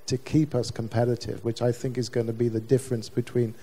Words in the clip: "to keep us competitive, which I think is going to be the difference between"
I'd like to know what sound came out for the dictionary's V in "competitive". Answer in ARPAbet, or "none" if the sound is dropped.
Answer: V